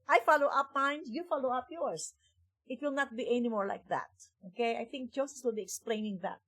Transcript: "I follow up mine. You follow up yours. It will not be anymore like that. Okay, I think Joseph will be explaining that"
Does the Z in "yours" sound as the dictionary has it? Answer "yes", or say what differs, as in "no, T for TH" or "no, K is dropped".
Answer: no, S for Z